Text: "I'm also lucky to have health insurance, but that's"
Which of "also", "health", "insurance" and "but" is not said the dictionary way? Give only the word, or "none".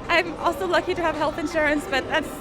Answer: none